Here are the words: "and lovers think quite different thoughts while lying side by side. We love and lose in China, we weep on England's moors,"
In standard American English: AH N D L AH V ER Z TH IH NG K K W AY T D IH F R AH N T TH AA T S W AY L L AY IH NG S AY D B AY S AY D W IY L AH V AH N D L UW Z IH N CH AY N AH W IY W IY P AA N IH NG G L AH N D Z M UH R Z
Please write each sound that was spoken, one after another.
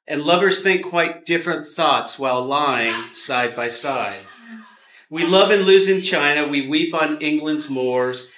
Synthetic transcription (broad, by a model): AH N L AH V ER Z TH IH NG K K W AY T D IH F R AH N TH AA T S W AY L L AY IH NG S AY D B AY S AY D W IY L AH V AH N L UW Z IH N CH AY N AH W IY W IY P N IH NG G L AH N D Z M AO R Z